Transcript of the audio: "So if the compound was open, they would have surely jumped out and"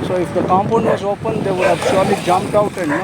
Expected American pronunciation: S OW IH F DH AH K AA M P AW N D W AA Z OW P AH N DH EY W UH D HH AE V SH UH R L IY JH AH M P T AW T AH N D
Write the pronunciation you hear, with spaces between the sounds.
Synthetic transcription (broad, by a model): S OW IH F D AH K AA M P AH N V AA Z OW P AH N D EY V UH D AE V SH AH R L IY JH AH M P T AW T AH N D